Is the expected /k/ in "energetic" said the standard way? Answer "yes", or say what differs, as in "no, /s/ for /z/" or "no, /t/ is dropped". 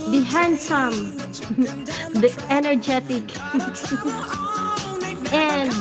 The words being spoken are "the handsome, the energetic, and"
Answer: yes